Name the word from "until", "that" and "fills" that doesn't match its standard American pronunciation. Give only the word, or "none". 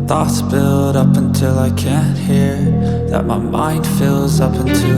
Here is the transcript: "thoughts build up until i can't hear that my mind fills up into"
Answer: none